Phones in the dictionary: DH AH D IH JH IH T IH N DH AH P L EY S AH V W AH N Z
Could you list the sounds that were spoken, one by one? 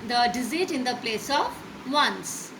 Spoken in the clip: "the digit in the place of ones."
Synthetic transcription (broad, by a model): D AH D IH Z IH T IH N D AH P L EY S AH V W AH N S